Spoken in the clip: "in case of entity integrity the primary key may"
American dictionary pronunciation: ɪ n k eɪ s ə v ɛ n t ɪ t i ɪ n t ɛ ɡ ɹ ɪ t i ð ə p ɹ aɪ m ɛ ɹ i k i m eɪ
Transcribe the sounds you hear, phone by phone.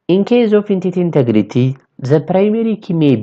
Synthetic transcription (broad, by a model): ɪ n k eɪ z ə f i n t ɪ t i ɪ n t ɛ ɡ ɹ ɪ t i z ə p ɹ aɪ m ɛ ɹ i k i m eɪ